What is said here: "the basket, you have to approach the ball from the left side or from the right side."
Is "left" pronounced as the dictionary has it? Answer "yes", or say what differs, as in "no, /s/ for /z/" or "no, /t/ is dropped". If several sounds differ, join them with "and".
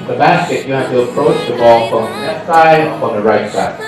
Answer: no, /n/ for /l/